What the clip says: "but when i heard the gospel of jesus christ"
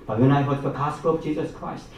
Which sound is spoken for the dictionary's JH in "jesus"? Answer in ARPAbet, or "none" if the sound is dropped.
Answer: JH